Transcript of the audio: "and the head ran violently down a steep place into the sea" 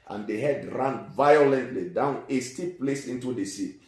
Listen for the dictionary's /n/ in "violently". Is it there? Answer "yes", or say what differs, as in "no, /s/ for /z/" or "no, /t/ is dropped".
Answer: yes